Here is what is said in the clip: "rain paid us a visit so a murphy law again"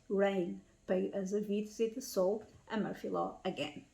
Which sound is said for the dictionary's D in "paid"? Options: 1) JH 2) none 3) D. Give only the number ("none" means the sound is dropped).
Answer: 2